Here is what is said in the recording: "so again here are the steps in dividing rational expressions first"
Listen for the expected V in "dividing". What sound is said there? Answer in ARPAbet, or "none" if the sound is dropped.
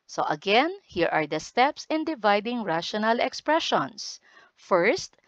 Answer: V